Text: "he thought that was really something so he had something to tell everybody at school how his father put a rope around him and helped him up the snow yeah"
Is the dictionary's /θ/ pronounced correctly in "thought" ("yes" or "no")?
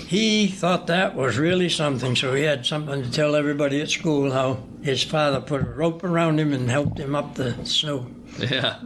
yes